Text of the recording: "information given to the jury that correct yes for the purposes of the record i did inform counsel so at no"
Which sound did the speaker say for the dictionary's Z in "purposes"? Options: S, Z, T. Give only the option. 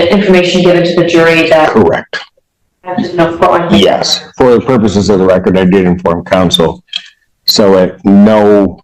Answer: Z